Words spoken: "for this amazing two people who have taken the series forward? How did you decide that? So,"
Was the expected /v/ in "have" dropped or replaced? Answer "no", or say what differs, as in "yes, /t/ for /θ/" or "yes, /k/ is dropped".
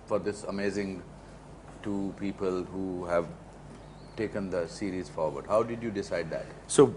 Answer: no